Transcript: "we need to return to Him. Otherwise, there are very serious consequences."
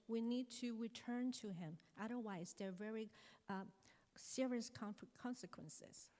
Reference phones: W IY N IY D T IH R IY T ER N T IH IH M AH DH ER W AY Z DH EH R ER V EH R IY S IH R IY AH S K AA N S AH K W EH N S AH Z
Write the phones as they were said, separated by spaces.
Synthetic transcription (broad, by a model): W IY N IY D T IH R IY T ER N T IH IH M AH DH ER W AY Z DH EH R V EH R IY S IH R IY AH S K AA N S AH K W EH N S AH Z